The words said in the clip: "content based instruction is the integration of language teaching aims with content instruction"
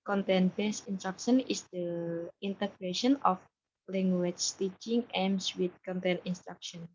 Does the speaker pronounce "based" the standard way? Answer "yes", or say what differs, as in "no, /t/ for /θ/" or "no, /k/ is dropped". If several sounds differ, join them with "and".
no, /t/ is dropped